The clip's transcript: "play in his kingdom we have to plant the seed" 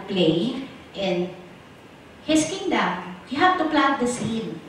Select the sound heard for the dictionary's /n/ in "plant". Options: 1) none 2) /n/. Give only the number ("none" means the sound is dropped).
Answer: 1